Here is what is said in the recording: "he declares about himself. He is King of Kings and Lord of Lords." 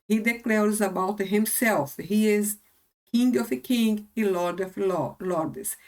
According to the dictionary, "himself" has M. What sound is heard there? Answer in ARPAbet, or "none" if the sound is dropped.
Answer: M